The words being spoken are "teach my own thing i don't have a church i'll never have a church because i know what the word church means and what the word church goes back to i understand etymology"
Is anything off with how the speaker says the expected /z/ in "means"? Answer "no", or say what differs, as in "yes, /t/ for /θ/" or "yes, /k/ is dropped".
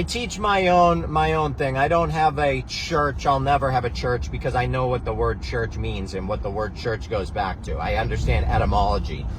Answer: no